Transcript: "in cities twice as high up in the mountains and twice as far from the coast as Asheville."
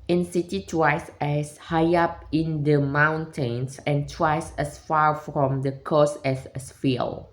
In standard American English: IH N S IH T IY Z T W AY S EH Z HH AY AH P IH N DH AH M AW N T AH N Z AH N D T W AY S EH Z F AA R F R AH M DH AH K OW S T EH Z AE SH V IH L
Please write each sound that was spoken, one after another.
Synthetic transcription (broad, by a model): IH N S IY T IY T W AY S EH S HH AY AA P IH N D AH M AW N T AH N S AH N T W AY S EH S F AA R F R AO M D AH K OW S EH S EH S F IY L